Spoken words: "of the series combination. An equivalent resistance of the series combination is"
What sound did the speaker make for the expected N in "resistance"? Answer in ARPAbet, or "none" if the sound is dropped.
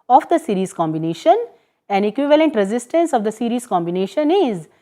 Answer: N